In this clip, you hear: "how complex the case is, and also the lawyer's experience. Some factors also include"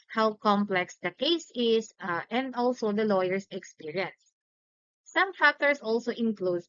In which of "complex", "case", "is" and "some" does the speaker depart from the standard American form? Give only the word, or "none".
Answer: is